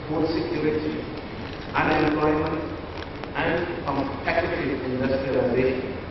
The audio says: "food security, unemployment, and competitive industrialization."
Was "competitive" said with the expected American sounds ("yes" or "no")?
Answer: no